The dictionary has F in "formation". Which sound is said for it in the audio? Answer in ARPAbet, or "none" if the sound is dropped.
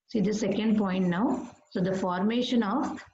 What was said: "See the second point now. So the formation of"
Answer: F